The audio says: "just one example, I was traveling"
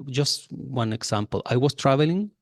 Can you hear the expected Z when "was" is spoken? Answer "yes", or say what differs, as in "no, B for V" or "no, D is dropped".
no, S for Z